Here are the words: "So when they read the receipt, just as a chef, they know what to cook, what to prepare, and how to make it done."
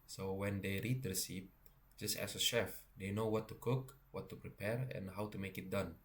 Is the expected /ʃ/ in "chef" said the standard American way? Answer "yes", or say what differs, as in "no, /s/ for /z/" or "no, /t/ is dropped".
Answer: yes